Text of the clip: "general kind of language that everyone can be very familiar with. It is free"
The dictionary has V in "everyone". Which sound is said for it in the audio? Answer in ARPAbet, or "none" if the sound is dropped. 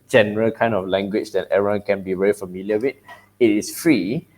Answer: none